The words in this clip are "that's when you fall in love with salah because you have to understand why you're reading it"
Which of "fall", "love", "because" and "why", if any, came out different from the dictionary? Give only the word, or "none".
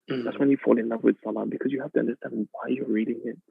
love